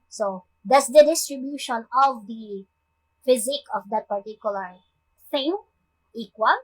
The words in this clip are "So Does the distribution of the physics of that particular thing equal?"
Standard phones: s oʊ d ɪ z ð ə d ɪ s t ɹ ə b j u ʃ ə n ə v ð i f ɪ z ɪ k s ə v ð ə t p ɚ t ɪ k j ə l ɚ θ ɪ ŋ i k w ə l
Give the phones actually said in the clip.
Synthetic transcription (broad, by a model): s oʊ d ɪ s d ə d ɪ s t ɹ ə b j u ʃ ə n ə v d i f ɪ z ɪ k ə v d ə t p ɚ t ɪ k j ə l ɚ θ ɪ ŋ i k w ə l